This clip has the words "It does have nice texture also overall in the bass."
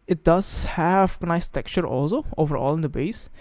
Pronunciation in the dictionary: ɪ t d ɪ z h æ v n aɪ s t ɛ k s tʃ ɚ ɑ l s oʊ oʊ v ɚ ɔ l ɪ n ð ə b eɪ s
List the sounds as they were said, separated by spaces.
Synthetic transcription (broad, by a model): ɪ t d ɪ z h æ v n aɪ s t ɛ k tʃ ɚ ɑ l s oʊ oʊ v ɚ ɔ l ɪ n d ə b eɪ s